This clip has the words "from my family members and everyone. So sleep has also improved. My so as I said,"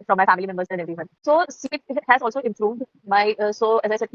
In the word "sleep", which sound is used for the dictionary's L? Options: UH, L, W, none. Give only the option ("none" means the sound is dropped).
none